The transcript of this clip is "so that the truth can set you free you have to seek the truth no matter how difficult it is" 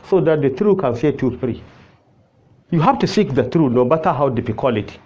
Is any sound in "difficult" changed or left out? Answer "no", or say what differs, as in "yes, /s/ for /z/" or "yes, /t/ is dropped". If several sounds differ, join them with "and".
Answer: yes, /t/ is dropped